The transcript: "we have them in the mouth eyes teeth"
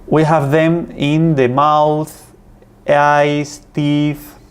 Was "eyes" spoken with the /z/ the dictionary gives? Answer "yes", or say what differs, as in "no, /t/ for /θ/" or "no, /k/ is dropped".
no, /s/ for /z/